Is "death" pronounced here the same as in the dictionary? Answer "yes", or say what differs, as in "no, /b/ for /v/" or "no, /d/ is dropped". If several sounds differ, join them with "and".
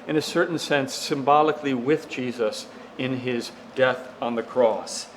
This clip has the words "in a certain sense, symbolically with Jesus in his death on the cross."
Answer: yes